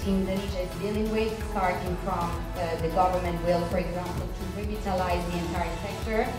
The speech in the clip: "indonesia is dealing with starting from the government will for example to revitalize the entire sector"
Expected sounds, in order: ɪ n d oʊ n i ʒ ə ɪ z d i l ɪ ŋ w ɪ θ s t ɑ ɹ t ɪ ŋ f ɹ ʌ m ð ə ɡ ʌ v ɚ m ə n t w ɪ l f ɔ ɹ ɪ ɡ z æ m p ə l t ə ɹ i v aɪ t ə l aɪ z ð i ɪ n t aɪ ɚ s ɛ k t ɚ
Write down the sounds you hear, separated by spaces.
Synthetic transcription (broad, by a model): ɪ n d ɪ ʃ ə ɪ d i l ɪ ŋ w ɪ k s t ɑ ɹ t ɪ ŋ f ɹ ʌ m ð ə ɡ ʌ v ɚ m ə n t w ɪ l f ɔ ɹ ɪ ɡ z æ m p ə n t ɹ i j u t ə l aɪ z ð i ɪ n t aɪ ɚ s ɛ k t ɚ